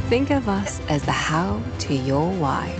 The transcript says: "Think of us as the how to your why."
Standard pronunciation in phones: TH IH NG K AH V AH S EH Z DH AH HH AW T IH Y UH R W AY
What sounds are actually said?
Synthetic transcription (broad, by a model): TH IH NG K AH V AH S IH Z DH AH HH AW T IH Y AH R W AY